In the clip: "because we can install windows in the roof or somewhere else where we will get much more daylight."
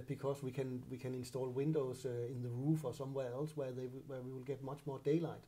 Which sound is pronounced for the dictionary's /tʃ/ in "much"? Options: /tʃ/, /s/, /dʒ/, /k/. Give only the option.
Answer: /tʃ/